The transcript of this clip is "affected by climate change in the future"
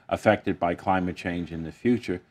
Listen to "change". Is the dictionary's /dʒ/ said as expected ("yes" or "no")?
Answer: yes